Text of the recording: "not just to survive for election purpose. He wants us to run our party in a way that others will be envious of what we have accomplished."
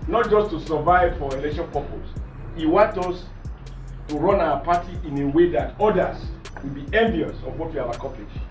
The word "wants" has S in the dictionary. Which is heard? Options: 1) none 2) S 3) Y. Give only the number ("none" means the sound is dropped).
1